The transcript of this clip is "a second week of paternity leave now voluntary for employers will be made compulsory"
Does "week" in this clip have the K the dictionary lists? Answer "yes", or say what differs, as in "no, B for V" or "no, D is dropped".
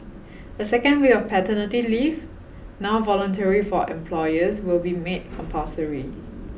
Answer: no, K is dropped